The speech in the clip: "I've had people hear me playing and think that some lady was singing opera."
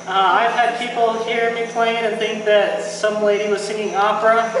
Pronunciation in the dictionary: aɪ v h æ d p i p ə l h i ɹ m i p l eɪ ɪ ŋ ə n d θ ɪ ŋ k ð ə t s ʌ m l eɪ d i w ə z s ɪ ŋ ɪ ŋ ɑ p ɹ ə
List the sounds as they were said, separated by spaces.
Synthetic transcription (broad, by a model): aɪ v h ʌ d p i p l h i ɹ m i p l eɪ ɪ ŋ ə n θ ɪ ŋ k ð ə t s ʌ m l eɪ d i w ə z s ɪ ŋ ɪ ŋ ɑ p ɹ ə